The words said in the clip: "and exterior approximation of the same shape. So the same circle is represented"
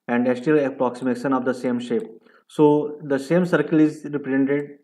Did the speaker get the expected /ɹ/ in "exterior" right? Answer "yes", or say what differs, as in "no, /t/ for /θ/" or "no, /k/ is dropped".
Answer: no, /ɹ/ is dropped